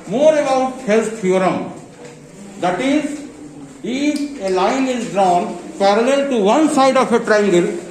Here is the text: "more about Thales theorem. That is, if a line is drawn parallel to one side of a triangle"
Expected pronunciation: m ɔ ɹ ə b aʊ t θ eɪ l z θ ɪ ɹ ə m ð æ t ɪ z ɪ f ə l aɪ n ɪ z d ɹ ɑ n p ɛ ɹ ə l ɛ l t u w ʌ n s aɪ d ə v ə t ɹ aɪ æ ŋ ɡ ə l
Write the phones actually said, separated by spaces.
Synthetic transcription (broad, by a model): m ɔ ɹ ə b aʊ t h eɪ l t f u ɹ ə m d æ t ɪ z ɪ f ə l aɪ n ɪ z d ɹ ɑ n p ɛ ɹ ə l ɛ l t u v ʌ n s aɪ d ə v ə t ɹ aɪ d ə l